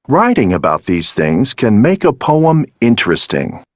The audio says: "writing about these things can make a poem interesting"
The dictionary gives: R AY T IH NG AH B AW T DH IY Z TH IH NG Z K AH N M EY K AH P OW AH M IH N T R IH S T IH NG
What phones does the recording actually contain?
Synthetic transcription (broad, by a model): R AY T IH NG AH B AW T DH IY Z TH IH NG Z K AH N M EY K AH P OW AH M IH N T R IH S T IH NG